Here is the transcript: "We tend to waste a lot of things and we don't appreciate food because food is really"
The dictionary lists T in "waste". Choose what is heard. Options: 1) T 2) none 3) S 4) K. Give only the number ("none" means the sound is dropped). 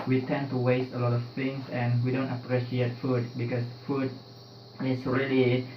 1